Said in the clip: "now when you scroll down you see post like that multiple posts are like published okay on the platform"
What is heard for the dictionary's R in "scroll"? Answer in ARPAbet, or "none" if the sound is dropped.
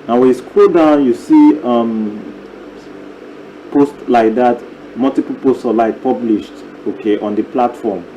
none